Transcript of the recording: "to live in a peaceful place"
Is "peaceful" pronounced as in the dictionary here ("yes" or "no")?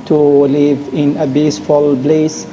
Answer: no